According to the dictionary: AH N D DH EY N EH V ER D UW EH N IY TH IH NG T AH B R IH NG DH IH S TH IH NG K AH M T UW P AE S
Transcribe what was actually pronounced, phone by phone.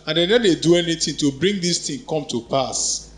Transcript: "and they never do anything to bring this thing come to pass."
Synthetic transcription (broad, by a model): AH N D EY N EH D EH D UW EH N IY T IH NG T AH B R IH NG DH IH S T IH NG K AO M T UW P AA S